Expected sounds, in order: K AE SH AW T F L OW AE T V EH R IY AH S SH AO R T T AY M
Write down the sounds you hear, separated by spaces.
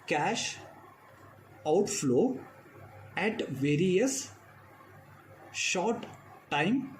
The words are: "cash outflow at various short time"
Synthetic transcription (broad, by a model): K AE SH AW T F L OW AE T V EH R IY AH S SH AO R T T AY M